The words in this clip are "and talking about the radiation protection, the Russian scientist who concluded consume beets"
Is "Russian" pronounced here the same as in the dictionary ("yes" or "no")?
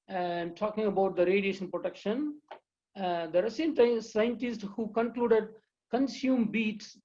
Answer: no